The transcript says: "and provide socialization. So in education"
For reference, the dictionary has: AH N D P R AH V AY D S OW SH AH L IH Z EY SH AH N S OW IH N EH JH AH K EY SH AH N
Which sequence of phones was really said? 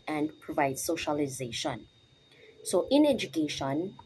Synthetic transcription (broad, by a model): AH N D P R AH V AY D S OW SH AH L IH Z EY SH AH N S OW IH N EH JH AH K EY SH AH N